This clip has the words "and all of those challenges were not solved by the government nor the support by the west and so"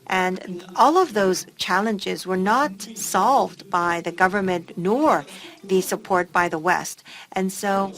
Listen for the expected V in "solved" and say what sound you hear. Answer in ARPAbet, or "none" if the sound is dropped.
V